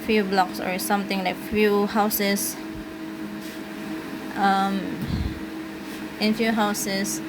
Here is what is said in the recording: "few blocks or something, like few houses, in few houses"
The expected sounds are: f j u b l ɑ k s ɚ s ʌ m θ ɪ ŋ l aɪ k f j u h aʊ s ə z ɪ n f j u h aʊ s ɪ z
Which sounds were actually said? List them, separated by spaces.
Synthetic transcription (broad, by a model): f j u b l ɑ k s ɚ s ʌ m t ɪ ŋ l aɪ k f j u h aʊ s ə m ɪ n f j u h aʊ s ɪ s